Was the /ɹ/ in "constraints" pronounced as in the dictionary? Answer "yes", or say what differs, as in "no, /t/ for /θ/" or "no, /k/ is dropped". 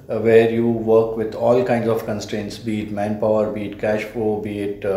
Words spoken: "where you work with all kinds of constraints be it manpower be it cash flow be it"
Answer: yes